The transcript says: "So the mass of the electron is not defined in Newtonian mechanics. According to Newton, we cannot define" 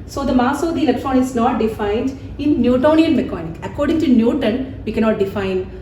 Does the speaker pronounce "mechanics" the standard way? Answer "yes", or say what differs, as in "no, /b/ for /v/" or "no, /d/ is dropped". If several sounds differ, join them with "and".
no, /s/ is dropped